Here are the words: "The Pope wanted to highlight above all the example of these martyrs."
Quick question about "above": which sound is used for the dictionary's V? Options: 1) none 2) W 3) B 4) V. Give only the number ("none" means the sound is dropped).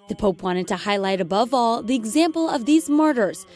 4